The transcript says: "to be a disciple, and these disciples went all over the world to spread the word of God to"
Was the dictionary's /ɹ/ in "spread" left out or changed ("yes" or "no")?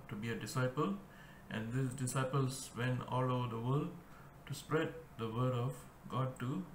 no